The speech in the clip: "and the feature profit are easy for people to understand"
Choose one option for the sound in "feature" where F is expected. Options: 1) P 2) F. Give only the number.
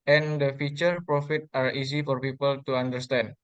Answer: 2